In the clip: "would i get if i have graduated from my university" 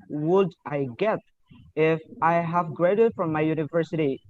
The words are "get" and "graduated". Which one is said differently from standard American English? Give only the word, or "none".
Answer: graduated